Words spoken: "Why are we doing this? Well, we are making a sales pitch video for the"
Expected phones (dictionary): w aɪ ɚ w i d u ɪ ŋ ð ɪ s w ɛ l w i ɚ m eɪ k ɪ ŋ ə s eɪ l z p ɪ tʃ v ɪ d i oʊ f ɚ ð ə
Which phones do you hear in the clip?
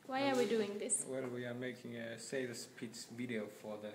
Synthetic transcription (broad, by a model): w aɪ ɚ w i d u ɪ ŋ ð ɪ s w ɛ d w i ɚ m eɪ k ɪ ŋ ə s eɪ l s p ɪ s v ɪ d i oʊ f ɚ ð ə